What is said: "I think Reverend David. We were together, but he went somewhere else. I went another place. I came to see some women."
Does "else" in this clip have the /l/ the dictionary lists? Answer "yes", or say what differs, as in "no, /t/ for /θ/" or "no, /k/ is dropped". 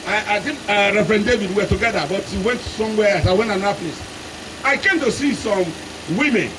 no, /l/ is dropped